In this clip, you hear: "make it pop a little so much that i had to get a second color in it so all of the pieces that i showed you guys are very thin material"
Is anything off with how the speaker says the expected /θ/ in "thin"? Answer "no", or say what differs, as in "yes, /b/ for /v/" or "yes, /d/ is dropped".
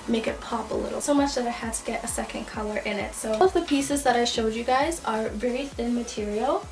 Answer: no